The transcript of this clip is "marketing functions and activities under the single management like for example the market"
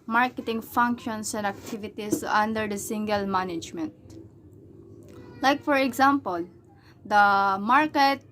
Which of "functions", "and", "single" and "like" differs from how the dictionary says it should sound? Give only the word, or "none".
functions